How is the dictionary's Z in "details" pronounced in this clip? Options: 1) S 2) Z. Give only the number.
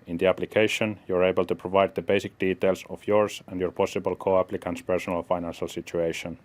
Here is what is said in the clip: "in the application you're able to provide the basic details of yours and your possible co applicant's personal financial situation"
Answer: 1